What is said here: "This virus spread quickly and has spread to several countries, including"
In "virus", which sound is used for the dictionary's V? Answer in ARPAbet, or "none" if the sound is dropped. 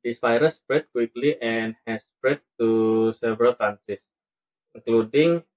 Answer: P